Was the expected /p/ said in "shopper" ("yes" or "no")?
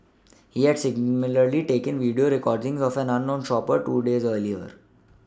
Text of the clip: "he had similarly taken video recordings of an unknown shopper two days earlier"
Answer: yes